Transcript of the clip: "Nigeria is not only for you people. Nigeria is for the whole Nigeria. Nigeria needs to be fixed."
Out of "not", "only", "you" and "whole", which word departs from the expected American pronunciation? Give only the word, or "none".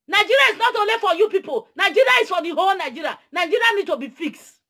only